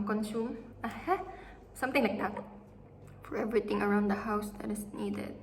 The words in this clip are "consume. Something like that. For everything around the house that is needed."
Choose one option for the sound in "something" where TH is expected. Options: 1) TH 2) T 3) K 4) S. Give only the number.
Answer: 2